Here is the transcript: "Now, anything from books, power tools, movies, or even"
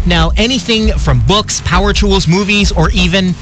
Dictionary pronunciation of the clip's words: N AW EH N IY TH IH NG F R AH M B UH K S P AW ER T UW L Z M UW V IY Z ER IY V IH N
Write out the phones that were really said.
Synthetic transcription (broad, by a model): N AW EH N IY TH IH NG F R AH M B UH K S P AW ER T UW L Z M UW V IY Z ER IY V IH N